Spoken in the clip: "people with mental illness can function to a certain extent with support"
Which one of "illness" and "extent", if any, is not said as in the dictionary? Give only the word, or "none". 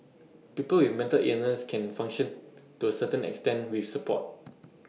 illness